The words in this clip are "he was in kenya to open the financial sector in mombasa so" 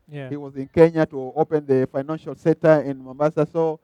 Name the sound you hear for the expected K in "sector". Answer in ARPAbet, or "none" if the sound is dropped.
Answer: none